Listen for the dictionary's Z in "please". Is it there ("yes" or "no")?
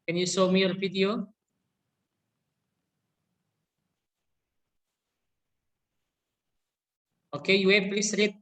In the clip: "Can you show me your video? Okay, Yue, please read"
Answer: no